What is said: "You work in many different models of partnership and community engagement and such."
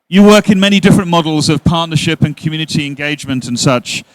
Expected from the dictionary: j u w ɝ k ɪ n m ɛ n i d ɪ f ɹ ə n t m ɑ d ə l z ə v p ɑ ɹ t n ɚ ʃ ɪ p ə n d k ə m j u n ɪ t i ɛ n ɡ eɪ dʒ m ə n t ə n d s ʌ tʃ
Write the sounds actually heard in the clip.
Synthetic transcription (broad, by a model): j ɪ w ɝ k ɪ n m ɛ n i d ɪ f ɹ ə n m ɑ d l z ə v p ɑ ɹ t n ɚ ʃ ɪ p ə n k m j u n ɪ t i ɛ n ɡ eɪ dʒ m ə n t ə n s ʌ tʃ